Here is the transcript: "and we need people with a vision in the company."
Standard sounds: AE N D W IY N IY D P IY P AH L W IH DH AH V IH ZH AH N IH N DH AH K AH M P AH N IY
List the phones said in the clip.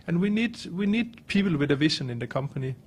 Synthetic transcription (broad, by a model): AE N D W IY N IY D P IY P L W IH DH AH V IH S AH N IH N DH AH K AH M P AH N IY